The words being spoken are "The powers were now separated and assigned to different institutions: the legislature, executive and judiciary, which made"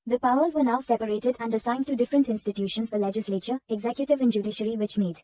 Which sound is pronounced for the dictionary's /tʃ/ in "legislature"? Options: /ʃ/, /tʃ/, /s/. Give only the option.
/tʃ/